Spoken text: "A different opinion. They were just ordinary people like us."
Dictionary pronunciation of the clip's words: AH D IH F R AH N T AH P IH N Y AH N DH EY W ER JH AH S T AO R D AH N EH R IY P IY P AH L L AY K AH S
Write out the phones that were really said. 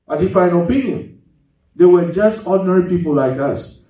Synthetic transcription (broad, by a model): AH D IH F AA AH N AH P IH N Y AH N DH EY W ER JH AH S T AO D N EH R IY P IY P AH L L AY K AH S